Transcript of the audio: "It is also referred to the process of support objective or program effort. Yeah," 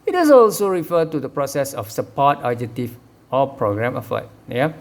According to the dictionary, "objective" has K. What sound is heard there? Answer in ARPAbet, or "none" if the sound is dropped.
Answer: none